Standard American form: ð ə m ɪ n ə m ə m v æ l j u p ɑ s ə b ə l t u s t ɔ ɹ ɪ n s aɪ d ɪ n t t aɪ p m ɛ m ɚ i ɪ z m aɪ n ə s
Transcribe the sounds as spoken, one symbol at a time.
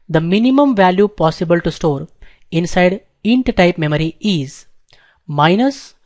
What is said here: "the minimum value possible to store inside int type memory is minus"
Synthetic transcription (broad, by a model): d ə m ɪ n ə m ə m v æ l j u p ɑ s ə b ə l t u s t ɔ ɹ ɪ n s aɪ d ɪ n t t aɪ p m ɛ m ɚ i ɪ z m aɪ n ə s